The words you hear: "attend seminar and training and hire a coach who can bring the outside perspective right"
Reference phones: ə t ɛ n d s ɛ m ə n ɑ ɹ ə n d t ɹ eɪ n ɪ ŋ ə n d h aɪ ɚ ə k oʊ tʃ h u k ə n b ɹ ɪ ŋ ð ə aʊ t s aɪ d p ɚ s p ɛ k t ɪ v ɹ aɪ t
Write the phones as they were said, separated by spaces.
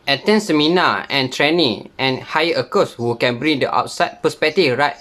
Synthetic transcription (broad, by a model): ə t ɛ n s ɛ m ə n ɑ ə n t ɹ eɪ n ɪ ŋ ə n h aɪ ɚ ə k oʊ s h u k ə n b ɹ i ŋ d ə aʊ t s aɪ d p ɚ s p ɛ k t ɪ f ɹ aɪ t